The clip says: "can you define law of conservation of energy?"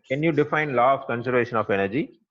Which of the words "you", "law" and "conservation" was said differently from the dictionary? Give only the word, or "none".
none